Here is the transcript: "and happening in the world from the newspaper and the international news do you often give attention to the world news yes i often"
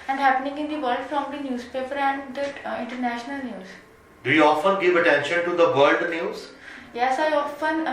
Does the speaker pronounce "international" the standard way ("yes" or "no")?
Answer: yes